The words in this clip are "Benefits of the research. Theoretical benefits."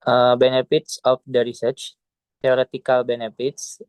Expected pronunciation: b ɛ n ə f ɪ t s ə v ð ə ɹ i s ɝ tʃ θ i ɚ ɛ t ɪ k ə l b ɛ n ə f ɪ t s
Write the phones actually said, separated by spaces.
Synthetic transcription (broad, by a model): b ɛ n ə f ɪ t s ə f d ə ɹ i s ɝ tʃ t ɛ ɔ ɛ t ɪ k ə l b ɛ n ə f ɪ t s